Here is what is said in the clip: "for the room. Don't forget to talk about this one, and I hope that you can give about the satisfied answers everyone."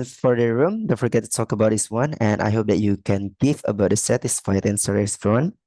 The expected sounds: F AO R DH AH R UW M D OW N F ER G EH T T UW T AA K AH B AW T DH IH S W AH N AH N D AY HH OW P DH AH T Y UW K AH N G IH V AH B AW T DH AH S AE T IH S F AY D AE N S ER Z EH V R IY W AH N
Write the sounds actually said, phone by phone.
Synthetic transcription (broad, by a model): F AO R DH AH R UW M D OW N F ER G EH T T UW T AA K AH B AW T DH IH S W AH N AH N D AY HH OW P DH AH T Y UW K AH N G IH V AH B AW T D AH S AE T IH S F AY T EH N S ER EH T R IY N